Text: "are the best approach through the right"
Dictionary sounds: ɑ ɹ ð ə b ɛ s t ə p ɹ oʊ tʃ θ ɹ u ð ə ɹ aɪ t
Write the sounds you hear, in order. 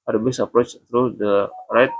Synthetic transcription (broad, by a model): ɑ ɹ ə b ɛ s ə p ɹ oʊ tʃ t ɹ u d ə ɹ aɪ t